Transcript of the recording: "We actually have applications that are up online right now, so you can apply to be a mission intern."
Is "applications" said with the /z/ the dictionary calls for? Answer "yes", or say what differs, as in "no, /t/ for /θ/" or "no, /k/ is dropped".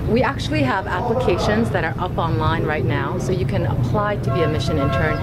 yes